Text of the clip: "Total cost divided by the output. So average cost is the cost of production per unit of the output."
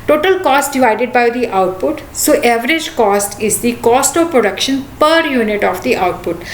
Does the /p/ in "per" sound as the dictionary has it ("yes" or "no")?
yes